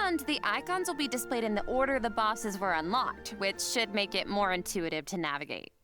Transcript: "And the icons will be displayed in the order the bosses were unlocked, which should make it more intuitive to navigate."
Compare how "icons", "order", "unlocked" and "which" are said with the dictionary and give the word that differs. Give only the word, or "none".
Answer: none